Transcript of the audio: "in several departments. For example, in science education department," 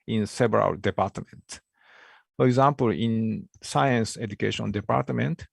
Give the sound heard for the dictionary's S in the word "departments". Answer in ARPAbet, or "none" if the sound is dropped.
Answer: none